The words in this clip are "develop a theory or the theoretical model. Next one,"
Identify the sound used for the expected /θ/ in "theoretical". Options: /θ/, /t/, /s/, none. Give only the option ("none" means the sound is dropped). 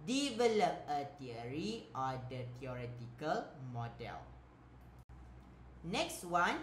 /t/